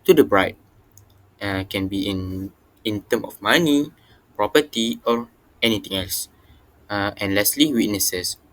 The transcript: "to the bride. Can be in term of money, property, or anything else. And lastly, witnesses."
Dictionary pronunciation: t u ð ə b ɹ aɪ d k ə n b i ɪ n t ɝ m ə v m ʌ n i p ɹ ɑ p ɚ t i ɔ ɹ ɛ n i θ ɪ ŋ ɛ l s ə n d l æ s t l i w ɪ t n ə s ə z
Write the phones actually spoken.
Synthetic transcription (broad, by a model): t u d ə b ɹ aɪ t k ə n b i ɪ n t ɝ m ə f m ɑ n i p ɹ ɑ p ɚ t i ɔ ɹ ɛ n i t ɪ ŋ ɛ l s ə n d l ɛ s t l i w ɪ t n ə s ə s